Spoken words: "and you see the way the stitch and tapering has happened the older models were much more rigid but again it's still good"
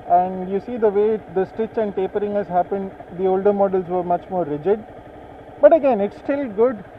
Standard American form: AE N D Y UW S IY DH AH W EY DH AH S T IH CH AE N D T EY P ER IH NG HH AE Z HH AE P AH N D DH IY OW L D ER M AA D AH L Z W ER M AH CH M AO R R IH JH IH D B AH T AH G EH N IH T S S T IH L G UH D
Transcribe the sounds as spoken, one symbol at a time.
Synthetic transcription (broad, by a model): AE N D Y UW S IY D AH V EY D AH S T IH CH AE N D T EY P ER IH NG HH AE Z HH AE P AH N D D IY OW L D ER M AA D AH L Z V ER M AH CH M AO R R IH JH IH D B AH T AH G EH N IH T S S T IH L G UH D